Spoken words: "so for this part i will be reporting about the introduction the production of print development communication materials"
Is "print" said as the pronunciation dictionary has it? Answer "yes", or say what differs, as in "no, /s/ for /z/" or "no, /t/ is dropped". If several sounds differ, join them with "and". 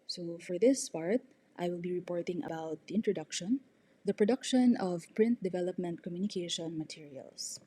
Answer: yes